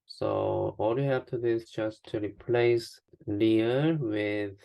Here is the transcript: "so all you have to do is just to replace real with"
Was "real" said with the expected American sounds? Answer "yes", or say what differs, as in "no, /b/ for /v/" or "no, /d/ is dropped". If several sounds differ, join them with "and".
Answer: no, /l/ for /ɹ/